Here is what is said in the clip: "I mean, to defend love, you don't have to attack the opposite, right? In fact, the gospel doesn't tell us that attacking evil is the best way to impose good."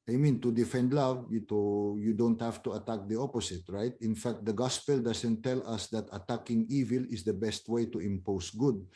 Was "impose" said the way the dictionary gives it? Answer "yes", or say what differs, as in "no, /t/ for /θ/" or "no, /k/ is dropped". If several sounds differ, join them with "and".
no, /s/ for /z/